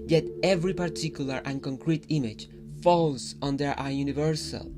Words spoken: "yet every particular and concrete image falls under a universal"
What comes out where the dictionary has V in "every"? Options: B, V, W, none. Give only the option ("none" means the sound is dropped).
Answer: V